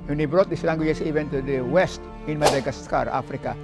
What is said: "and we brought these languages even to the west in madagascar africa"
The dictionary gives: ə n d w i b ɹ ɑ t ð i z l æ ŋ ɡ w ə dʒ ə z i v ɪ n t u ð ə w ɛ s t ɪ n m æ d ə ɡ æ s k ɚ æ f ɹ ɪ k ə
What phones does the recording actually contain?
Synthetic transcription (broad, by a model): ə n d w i b ɹ ɑ t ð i s l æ ŋ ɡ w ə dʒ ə s i v ɪ n t u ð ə w ɛ s t ɪ n m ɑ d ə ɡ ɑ s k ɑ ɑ f ɹ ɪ k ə